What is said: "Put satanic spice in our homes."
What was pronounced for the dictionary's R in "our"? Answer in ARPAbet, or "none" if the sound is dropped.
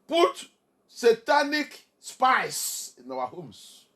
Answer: W